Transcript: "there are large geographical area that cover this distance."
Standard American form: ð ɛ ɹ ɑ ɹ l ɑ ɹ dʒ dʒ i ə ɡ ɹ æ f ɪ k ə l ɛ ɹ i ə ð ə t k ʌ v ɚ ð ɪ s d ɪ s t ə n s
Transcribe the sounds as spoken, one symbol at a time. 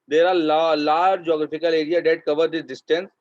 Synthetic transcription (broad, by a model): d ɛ ɹ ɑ l l ɑ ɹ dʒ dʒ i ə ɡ ɹ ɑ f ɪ k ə l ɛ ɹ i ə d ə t k ʌ v ɚ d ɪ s d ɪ s t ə n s